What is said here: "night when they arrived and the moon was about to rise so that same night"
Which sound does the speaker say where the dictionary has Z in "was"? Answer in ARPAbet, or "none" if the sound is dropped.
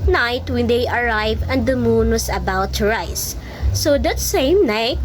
S